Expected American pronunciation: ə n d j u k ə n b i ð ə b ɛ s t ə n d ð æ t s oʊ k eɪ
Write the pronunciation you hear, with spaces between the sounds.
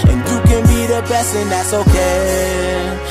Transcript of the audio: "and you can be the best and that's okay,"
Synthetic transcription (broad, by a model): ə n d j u k ə n b i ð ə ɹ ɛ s ə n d ð æ t s oʊ k eɪ